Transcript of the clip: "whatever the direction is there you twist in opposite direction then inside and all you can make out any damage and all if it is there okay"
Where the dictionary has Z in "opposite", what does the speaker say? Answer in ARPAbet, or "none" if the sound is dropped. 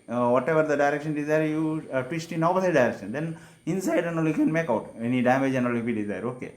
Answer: S